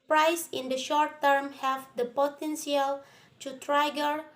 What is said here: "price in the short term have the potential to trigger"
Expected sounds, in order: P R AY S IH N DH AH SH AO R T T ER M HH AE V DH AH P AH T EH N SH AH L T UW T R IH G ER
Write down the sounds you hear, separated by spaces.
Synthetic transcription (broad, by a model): P R AY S IH N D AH SH AO R T T ER M HH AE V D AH P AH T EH N S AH L T UW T R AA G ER